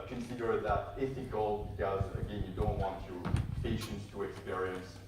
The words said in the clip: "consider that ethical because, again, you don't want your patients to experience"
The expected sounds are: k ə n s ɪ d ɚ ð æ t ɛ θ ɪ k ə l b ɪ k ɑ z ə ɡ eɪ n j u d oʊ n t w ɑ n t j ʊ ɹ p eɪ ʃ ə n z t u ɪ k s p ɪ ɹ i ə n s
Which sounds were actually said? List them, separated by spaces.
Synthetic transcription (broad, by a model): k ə n s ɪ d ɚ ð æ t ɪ f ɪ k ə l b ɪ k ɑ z ə ɡ eɪ n j u d oʊ n t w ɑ n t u p eɪ ʃ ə n s t u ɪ k s p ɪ ɹ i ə n s